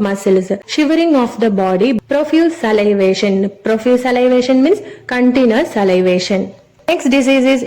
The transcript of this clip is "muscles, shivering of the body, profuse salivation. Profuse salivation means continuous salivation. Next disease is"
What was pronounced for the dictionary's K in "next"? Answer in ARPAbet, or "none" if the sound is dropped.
K